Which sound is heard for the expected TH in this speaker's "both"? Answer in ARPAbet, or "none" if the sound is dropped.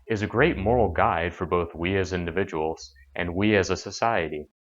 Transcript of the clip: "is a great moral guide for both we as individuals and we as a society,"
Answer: TH